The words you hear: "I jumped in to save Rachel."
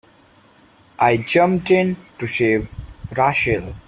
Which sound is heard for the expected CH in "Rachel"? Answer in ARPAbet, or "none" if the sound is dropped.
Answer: SH